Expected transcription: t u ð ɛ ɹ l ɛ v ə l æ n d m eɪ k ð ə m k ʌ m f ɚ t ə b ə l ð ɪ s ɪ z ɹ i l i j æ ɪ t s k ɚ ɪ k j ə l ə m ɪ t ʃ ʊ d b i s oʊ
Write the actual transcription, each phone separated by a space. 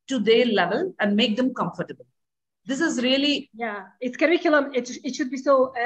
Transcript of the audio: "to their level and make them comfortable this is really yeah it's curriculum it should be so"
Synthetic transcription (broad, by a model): t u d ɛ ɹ l ɛ v ə l æ n d m eɪ k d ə m k ʌ m f ɚ t ə b ə l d ɪ s ɪ z ɹ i l i j æ ɪ t s k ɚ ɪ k j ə l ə m ɪ t ʃ ʊ d b i s oʊ